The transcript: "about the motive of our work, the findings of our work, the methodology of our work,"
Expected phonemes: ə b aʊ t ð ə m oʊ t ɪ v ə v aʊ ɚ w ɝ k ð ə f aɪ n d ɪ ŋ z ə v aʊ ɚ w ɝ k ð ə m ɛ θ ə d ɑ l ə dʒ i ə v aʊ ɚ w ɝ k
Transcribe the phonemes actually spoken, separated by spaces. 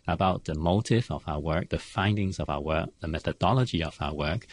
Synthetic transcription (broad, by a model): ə b aʊ t ð ə m oʊ t ɪ v ə v aʊ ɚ w ɝ k ð ə f aɪ n d ɪ ŋ z ə v aʊ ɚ w ɝ k ð ə m ɛ θ ə d ɑ l ə dʒ i ə v aʊ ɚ w ɝ k